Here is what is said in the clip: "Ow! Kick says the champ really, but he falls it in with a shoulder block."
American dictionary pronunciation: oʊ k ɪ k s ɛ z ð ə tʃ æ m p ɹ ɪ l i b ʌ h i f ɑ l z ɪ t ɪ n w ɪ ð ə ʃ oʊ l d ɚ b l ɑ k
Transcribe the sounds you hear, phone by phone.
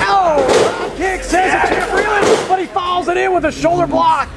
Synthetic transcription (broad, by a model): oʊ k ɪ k s ɛ z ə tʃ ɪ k ɹ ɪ l i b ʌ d i f ɑ l z ɪ t ɪ n w ɪ ð ə ʃ oʊ l d ɚ b l ɑ k